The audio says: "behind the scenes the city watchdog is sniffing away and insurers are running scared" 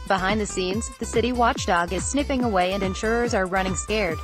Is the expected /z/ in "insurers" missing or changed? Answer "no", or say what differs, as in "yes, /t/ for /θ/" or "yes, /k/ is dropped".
no